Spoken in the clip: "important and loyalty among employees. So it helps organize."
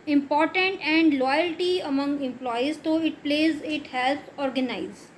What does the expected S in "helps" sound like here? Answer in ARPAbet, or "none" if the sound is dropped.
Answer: none